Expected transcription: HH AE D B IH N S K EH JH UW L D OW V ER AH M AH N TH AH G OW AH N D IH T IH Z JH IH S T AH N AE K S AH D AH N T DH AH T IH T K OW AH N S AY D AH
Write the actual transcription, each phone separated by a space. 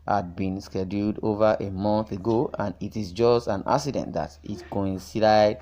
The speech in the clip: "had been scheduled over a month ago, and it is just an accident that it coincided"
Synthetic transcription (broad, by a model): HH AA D B IH N S K EH JH UW L D OW V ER AH M AH N TH AH G OW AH N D IH T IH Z JH IH S T AH N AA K S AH D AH N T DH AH T IH T K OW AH N S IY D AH